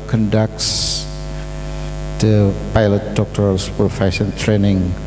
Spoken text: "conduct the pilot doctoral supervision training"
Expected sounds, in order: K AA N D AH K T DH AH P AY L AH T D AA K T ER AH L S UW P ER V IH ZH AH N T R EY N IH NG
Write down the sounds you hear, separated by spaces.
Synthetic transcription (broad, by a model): K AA N D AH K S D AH P AY L AH T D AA K T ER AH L S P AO F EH S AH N T R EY N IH NG